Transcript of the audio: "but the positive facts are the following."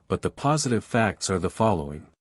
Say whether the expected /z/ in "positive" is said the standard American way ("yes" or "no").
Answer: yes